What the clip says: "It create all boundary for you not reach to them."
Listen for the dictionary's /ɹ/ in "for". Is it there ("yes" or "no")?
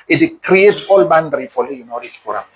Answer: no